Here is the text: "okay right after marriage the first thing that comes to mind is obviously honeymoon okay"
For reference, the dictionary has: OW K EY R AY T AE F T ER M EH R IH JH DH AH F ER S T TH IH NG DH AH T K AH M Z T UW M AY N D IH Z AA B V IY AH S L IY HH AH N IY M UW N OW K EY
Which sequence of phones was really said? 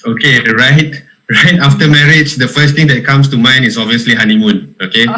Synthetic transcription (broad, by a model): OW K EY R AY T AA F T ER M EH R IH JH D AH F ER S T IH NG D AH T K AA M S T UW M AY N IH S AA B V IY AH S L IY HH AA N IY M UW N OW K EY